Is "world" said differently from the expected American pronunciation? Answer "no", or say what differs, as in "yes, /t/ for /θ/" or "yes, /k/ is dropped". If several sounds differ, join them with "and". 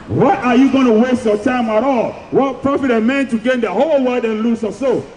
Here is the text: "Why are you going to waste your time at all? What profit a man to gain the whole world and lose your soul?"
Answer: yes, /l/ is dropped